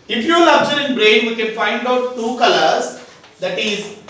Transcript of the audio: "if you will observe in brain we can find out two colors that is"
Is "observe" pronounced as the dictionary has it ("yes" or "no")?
no